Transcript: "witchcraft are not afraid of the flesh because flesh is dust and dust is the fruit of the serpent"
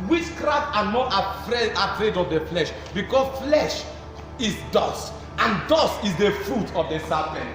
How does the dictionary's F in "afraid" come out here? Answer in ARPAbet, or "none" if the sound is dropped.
P